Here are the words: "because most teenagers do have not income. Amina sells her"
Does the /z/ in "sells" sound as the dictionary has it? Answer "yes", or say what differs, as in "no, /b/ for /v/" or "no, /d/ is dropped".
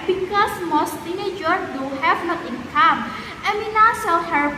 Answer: no, /z/ is dropped